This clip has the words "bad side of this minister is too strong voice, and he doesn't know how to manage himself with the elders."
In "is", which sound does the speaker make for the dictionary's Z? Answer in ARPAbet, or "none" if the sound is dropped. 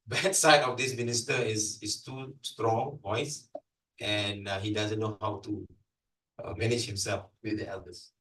S